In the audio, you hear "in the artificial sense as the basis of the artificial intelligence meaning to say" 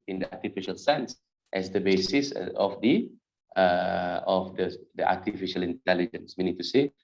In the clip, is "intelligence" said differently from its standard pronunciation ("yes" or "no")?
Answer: no